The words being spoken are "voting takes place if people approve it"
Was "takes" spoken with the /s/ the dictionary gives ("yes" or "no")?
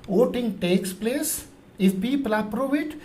yes